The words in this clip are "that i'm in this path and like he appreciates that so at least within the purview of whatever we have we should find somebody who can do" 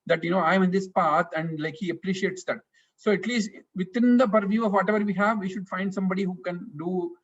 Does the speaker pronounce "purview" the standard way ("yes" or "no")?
yes